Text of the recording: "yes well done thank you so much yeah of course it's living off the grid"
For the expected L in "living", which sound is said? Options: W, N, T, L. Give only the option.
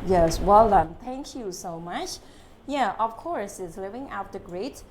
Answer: L